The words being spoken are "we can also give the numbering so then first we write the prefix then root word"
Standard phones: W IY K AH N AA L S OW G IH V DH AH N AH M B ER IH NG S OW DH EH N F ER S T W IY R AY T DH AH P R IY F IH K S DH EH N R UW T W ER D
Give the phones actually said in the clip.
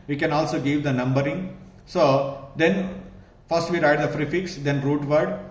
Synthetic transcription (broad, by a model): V IY K AH N AA L S OW G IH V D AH N AH M B ER IH NG S OW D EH N F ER S T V IY R AY T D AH F R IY F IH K S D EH N R UW T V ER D